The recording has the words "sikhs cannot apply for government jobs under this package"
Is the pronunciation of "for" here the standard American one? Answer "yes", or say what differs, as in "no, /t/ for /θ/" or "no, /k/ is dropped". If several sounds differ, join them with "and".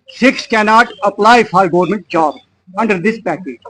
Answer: no, /l/ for /ɹ/